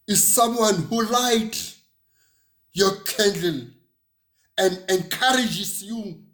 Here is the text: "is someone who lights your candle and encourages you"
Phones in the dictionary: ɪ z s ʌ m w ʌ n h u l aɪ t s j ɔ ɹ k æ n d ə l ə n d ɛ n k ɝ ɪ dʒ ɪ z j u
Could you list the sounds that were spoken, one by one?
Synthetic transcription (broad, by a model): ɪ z s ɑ m w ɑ n h u l aɪ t j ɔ k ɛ n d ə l ə n d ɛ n k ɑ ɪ dʒ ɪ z j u